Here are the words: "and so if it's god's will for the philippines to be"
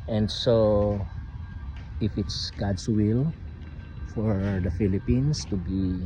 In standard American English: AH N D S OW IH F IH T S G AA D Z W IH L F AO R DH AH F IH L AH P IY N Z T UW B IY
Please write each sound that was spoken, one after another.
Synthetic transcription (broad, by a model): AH N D S OW IH F IH T S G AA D S W IH L F AO R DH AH F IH L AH P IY N S T UW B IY